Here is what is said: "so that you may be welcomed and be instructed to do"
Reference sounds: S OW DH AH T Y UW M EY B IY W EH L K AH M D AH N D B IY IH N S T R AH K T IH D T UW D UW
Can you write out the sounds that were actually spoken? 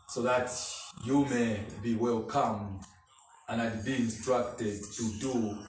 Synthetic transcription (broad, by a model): S OW DH AH T Y UW M EY B IY W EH L K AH M AH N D B IY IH N S T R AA K T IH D T UW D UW